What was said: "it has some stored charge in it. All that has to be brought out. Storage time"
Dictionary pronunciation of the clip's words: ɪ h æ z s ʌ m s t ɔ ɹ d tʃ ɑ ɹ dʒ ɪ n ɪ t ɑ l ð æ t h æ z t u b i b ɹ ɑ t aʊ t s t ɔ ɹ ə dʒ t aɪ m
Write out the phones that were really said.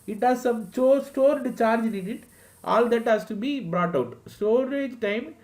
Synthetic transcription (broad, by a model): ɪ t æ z s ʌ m s t ɔ ɹ d tʃ ɑ ɹ dʒ ɪ n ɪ t ɑ l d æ t h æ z t u b i b ɹ ɑ t aʊ t s t ɔ ɹ ə dʒ t aɪ m